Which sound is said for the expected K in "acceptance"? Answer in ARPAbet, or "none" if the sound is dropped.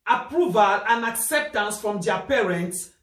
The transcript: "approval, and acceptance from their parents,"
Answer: K